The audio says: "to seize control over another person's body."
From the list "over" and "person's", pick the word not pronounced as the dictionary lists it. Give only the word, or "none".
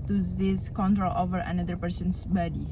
person's